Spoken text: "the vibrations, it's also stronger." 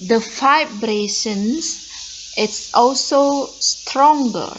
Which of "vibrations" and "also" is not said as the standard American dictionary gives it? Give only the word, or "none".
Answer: vibrations